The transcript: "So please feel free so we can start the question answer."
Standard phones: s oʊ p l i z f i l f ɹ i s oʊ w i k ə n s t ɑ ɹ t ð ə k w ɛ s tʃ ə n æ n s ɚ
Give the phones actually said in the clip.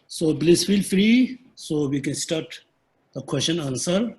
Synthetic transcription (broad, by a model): s oʊ b l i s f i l f ɹ i s oʊ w i k ə n s t ɑ ɹ t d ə k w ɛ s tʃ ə n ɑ n s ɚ